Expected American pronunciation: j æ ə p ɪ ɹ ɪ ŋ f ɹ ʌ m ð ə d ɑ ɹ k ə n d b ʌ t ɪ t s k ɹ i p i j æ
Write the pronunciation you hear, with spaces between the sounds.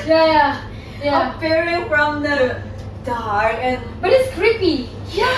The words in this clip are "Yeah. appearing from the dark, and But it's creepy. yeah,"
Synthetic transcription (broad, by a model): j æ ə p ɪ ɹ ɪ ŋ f ɹ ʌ m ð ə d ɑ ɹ ə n b ʌ t ɪ t s k ɹ i p i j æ